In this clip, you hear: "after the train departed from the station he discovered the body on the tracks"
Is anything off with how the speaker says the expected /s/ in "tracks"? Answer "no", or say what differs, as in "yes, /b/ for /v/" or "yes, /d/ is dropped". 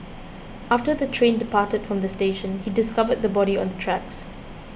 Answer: no